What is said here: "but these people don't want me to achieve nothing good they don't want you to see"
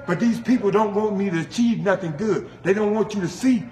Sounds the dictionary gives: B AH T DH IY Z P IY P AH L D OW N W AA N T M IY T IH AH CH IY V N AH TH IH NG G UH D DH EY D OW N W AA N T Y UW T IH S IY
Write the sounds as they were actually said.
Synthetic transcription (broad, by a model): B AH T DH IY Z P IY P L D OW N W AA N T M IY T IH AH CH IY V N AH TH IH NG G UH D DH EY D OW N W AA N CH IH T IH S IY